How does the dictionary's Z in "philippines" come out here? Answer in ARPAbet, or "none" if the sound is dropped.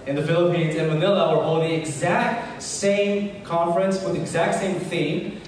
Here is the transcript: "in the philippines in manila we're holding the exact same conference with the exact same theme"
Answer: Z